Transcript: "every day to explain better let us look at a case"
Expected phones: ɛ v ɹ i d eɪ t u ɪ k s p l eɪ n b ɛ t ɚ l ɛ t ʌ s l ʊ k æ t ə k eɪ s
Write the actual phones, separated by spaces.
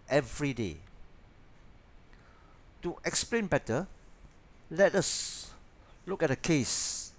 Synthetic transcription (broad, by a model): ɛ v ɹ i d eɪ t u ɪ k s p l eɪ n b ɛ t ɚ l ɛ t ʌ s l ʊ k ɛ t ə k eɪ s